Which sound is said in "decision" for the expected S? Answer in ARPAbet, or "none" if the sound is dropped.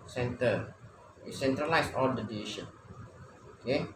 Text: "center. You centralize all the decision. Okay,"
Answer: none